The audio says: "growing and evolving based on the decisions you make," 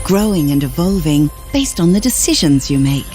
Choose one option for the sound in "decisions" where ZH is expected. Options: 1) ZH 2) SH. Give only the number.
1